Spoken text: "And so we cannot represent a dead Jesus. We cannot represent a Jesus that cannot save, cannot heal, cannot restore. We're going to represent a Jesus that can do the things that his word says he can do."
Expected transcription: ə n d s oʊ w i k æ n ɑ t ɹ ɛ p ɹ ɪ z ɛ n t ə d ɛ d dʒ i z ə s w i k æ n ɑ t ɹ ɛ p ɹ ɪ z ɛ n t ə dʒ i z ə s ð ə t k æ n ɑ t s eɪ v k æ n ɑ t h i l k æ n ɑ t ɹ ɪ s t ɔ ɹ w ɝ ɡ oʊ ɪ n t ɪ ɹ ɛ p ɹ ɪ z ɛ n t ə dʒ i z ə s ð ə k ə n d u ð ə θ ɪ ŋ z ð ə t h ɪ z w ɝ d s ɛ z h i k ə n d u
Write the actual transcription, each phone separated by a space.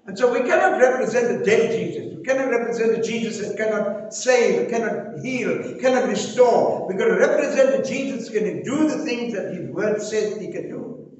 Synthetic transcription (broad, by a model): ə n s oʊ w i k æ n ɑ t ɹ ɛ p ɹ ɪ z ɛ n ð ə d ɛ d dʒ i z ə s w i k æ n ɑ t ɹ ɛ p ɹ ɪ z ɛ n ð ə dʒ i z ə s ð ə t k æ n ɑ t s eɪ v k æ n ɑ t h i l k æ n ɑ t ɹ ɪ s t ɔ ɹ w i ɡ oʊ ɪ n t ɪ ɹ ɛ p ɹ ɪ z ɛ n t ə dʒ i z ə s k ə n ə d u ð ə θ ɪ ŋ z ð ə t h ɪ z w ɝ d s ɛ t h i k ə n d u